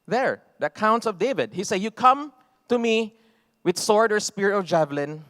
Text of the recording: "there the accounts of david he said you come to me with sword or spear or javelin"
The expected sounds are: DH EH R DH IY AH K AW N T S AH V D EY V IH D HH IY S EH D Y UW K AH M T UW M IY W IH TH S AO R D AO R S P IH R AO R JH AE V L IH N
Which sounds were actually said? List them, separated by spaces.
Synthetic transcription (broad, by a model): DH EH R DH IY AH K AW N T S AH V D EY V IH D HH IY S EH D Y UW K AH M T UW M IY W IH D S AO R D AO R S P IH R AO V JH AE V L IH N